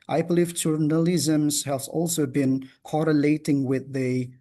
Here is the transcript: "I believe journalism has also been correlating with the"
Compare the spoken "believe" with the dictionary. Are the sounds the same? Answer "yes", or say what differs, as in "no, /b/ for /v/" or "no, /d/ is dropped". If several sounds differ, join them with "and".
no, /f/ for /v/